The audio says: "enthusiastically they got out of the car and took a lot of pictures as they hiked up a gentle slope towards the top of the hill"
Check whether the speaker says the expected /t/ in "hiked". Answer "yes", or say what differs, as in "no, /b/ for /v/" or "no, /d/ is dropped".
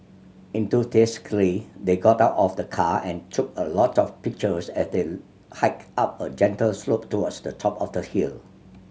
no, /t/ is dropped